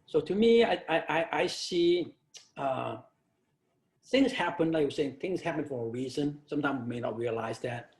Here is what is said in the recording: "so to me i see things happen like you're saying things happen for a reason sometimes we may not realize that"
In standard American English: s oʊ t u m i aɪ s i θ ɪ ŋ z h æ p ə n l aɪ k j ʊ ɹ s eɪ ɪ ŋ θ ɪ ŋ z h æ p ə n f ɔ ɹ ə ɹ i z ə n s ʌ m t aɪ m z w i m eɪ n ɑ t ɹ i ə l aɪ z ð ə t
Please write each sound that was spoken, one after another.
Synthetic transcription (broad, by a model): s oʊ t u m i aɪ s i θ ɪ ŋ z h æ p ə n l aɪ k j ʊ s eɪ ɪ ŋ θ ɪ ŋ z h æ p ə n f ɔ ɹ ə ɹ i z ə n s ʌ m t aɪ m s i m eɪ n ɑ t ɹ i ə l aɪ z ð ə t